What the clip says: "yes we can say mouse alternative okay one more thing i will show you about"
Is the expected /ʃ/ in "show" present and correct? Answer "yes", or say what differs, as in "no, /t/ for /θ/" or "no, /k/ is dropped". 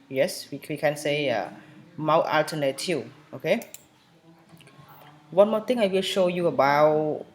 yes